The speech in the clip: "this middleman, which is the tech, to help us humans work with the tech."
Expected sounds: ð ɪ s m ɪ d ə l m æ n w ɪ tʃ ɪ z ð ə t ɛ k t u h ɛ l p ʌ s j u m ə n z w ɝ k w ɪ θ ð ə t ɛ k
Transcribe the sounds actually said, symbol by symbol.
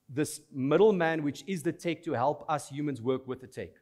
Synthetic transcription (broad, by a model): ð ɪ s m ɪ d ə l m æ n w ɪ tʃ ɪ z ð ə t ɛ k t u h ɛ l p ʌ s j u m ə n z w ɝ k w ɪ ð ə t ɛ k